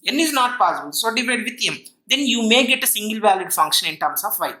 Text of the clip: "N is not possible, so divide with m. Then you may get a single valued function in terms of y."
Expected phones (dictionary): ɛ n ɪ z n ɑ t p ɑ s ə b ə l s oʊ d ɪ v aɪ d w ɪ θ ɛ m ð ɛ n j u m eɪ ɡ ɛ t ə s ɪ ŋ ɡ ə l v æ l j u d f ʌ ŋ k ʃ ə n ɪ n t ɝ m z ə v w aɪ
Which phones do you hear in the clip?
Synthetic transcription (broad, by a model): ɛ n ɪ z n ɑ t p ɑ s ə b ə l s oʊ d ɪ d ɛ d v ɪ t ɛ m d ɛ n j u m eɪ ɡ ɛ t ə s ɪ ŋ ɡ ə l v æ l j u d f ʌ ŋ k ʃ ə n ɪ n t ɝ m s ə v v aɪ